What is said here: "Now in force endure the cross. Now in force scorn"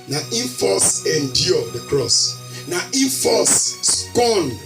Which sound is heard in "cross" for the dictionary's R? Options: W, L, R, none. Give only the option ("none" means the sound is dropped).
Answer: R